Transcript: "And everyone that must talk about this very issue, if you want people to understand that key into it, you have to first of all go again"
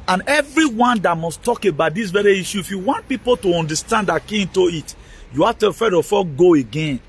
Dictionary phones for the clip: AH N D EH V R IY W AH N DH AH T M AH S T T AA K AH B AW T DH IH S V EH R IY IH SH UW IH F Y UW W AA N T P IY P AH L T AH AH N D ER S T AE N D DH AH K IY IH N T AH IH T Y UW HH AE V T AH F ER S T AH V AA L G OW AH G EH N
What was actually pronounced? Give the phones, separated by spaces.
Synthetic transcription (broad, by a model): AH N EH V R IY W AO N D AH T M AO S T T AA K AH B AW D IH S V EH R IY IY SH UW IH F Y UW W AA N T P IY P AH L T AH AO N D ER S T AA N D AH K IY IH N T AH IH T Y UW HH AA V T AH F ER T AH F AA G OW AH G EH N